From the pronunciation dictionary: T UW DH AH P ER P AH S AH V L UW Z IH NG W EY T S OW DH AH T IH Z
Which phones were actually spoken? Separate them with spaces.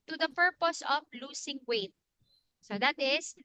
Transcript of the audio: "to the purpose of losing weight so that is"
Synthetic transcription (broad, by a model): T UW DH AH P ER P AH S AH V L UW S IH NG W EY T S OW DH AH T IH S